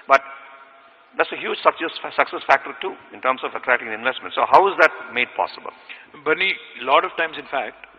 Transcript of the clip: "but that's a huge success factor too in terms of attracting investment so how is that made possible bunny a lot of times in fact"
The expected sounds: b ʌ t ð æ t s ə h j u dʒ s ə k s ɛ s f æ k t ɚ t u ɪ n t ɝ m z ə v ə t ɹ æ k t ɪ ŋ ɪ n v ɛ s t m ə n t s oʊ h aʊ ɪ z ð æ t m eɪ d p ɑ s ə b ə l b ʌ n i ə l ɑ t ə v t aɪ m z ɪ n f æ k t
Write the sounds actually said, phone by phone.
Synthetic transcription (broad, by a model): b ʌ t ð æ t s ə h j u dʒ s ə k s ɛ s f æ k t ɚ t u ɪ n t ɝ m s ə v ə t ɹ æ t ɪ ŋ ɪ n v ɛ s t m ə n t s oʊ h aʊ ɪ z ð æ t m eɪ d p ɑ s ə b ə l b ʌ n i l ɑ t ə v t aɪ m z ɪ n f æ k t